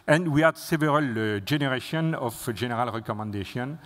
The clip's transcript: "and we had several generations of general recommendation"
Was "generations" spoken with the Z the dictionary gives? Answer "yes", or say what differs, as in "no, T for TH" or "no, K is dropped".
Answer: no, Z is dropped